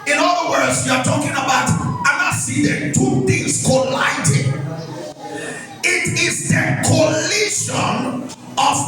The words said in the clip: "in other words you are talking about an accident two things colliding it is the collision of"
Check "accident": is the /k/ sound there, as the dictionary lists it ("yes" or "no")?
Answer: no